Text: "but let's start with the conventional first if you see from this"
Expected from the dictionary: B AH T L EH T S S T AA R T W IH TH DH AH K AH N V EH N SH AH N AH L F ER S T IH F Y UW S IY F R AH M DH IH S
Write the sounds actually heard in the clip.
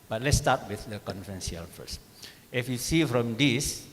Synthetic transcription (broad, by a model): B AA T L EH T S S T AA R T W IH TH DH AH K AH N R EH N S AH AH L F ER S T IH F Y UW S IY F R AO M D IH S